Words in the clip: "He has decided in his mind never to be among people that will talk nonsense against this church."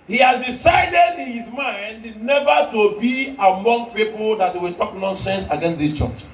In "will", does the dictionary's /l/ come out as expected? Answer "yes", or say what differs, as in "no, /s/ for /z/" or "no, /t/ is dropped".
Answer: no, /w/ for /l/